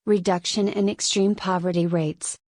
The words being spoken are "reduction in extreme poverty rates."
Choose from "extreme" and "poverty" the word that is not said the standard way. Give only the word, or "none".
none